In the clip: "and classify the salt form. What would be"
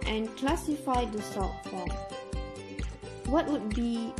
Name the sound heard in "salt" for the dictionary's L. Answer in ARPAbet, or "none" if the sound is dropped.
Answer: none